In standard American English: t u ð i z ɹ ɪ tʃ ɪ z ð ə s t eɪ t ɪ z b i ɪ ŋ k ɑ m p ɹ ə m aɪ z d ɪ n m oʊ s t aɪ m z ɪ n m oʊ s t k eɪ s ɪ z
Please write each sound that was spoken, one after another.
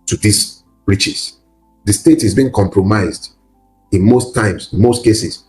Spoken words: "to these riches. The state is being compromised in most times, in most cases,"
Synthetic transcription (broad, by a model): t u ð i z ɹ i tʃ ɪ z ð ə s t eɪ t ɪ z b i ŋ k ɑ m p ɹ ə m aɪ z d ɪ n m oʊ s t aɪ m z ɪ n m oʊ s t k eɪ s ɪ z